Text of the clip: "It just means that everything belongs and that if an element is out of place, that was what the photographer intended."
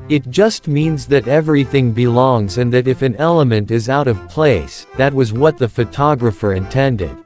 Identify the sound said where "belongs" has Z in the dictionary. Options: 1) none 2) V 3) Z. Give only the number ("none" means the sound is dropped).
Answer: 3